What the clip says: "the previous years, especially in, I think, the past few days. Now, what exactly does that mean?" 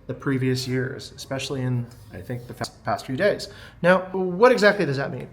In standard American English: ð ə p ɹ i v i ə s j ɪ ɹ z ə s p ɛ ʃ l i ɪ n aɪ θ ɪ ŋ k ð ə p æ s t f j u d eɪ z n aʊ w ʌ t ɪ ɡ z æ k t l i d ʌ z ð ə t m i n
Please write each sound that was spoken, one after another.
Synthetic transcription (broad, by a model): ð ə p ɹ i v i ə s j ɪ ɹ z ə s p ɛ ʃ l i ɪ n aɪ θ ɪ ŋ k ð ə p æ s t f j u d eɪ z n aʊ w ʌ t ɪ ɡ z æ k t l i d ʌ z ð ə t m i n